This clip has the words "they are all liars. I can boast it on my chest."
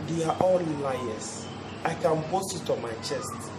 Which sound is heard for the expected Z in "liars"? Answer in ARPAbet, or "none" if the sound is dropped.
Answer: S